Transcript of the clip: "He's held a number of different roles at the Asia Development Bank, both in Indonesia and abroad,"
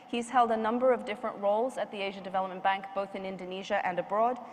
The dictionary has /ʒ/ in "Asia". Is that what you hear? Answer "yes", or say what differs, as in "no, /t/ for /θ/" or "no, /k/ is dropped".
yes